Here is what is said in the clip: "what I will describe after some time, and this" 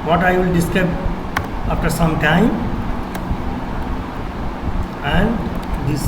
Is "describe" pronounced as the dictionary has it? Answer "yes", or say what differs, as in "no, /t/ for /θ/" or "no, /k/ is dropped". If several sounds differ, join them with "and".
no, /ɹ/ is dropped and /b/ is dropped